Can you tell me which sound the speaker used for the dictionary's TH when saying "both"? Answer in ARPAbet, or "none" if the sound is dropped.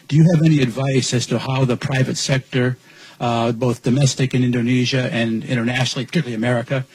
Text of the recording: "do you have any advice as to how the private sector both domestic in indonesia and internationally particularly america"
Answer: TH